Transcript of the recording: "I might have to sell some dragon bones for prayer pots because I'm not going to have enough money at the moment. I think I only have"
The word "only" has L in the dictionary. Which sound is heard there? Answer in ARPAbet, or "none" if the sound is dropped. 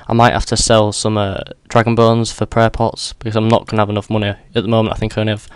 none